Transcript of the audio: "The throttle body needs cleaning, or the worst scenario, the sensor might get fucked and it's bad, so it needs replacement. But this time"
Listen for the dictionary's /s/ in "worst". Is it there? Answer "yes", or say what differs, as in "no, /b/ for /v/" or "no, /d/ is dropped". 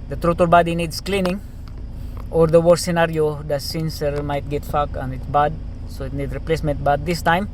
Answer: no, /s/ is dropped